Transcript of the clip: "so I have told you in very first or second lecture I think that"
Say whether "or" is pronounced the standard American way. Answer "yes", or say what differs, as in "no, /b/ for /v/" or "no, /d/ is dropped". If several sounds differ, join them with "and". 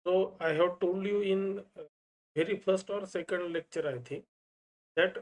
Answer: yes